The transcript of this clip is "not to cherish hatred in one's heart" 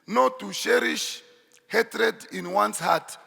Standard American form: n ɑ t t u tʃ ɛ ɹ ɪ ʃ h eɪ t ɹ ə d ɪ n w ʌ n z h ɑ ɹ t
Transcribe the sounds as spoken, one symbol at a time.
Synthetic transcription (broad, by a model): n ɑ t t u ʃ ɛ ɹ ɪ ʃ h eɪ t ɹ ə d ɪ n w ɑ n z h ɑ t